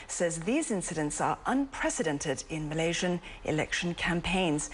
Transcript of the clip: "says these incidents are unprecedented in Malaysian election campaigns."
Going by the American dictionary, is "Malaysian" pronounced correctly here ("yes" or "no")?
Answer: yes